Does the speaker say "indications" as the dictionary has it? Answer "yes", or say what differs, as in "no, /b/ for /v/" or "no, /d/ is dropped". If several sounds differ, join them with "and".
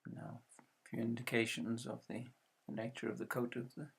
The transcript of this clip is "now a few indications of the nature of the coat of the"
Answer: yes